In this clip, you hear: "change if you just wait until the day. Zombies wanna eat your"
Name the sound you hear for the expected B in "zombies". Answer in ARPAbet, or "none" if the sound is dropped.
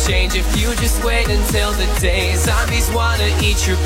none